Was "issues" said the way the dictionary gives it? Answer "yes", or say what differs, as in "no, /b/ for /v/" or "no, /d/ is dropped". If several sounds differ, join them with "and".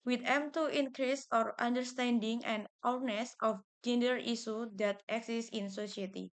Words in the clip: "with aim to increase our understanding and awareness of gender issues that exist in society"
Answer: no, /s/ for /ʃ/